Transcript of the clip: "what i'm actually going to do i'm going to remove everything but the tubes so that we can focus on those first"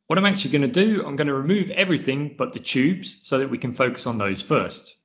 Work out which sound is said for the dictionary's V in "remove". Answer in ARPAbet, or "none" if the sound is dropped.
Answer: V